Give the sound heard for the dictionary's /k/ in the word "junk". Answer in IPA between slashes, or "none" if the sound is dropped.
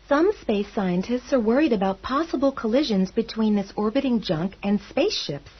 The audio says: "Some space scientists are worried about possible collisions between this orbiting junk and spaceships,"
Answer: /k/